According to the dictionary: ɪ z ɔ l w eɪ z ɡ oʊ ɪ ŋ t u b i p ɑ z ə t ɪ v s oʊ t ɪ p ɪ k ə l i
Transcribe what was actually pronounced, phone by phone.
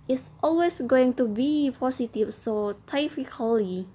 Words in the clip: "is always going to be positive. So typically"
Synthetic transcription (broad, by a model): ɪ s ɔ l w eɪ s ɡ oʊ ɪ ŋ t u b i p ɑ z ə t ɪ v s oʊ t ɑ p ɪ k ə l i